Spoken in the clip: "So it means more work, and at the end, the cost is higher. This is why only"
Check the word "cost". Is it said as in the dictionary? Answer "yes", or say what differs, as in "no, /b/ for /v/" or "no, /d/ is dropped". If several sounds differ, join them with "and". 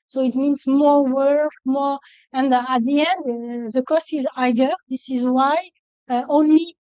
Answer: yes